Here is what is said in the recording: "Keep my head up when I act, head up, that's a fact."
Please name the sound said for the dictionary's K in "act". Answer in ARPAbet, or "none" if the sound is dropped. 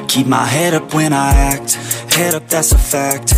K